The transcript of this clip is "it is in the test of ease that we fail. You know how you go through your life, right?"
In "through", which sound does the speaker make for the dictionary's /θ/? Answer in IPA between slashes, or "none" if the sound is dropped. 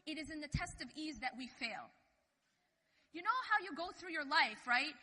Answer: /θ/